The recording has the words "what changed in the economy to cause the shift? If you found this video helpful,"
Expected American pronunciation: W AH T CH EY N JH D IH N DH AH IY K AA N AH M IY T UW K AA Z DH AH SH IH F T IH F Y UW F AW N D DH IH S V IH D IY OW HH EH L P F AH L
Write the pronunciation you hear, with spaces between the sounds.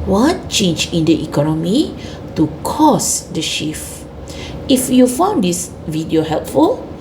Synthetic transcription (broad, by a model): W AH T CH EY N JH IH N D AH IY K AA N AH M IY T UW K AA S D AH SH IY F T IH F Y UW F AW N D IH S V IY D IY OW HH EH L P F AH L